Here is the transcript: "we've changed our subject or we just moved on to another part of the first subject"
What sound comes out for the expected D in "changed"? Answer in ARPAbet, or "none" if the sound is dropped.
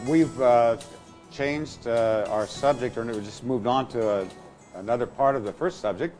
D